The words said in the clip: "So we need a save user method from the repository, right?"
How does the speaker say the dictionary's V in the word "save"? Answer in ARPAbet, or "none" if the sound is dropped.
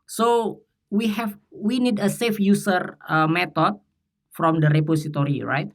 F